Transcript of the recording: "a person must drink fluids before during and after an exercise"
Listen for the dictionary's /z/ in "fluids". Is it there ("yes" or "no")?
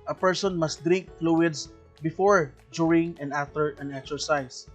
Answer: no